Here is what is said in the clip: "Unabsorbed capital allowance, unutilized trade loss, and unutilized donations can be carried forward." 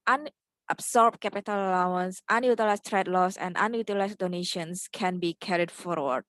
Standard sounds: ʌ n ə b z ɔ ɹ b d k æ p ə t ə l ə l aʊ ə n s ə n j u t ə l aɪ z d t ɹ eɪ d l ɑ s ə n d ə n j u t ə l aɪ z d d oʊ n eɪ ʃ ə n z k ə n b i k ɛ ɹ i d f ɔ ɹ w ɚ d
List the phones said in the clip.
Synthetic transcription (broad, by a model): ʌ n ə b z ɔ ɹ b k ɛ p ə t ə l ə l aʊ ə n s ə n j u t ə l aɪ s t ɹ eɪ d l ɑ s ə n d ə n j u t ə l aɪ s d d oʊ n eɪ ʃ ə n s k ə n b i k ɛ ɹ i d f ɔ ɹ w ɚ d